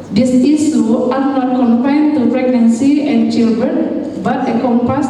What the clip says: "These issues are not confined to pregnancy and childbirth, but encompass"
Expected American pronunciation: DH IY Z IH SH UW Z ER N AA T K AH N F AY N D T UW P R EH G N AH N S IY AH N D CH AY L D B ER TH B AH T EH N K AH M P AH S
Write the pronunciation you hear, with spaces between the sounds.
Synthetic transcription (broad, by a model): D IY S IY S UW AA N AA T K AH N F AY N T UW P R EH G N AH N S IY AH N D CH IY L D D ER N B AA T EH K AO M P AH S